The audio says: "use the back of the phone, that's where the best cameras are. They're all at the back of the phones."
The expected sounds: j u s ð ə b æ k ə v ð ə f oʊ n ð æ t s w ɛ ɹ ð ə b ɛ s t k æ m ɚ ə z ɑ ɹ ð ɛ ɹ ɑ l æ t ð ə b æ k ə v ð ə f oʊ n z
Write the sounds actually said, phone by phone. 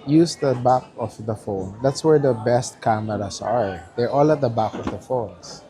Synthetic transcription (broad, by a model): j u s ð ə b æ k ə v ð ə f oʊ n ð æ t s w ɛ ɹ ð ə b ɛ s t k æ m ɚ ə s ɑ ɹ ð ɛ ɹ ɑ l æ t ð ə b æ k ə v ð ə f oʊ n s